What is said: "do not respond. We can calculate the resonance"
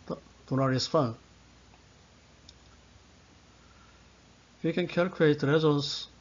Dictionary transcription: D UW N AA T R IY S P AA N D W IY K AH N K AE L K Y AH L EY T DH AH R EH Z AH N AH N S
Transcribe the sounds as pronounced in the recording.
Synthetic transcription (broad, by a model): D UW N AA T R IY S F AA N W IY K AH N K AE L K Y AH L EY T R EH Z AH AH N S